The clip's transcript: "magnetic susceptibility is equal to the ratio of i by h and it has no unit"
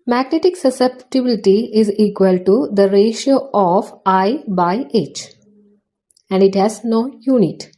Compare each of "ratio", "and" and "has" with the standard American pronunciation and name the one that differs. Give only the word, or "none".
none